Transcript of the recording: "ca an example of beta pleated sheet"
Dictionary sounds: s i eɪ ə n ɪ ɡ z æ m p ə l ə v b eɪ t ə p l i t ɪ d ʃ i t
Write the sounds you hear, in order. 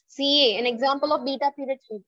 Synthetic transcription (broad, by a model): s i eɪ ə n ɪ ɡ z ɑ m p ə l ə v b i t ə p i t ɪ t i